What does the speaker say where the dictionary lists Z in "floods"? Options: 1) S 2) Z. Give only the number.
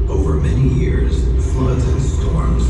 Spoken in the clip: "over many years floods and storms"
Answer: 2